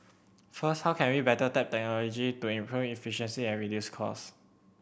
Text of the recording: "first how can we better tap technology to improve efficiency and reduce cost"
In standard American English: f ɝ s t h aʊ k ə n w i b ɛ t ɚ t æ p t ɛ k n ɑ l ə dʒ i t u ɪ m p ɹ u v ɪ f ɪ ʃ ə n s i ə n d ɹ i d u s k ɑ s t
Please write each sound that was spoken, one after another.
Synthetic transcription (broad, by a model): f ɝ s t h aʊ k ə n w i b ɛ t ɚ t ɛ p t ɛ k n ɑ l ə dʒ i t u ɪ m p ɹ u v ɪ f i ʃ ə n s i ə n ɹ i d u s k ɑ s